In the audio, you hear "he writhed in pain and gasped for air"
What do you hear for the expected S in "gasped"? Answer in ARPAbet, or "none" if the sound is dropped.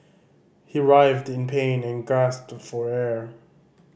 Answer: S